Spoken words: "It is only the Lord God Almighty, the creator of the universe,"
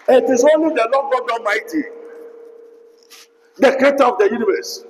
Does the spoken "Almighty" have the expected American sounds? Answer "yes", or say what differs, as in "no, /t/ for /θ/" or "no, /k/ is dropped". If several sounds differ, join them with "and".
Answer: no, /l/ is dropped